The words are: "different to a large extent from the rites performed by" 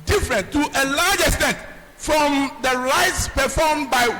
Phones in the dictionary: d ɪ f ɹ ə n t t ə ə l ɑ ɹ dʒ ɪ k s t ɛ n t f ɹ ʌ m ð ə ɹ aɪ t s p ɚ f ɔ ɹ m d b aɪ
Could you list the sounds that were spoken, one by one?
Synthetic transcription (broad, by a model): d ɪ f ɹ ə n t t ə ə l ɑ dʒ ɪ k s t ɛ n t f ɹ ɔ m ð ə ɹ aɪ t s p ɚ f ɔ m b aɪ